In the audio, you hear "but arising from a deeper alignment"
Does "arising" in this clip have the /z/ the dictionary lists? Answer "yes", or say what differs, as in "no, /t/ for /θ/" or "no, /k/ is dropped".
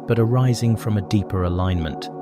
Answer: yes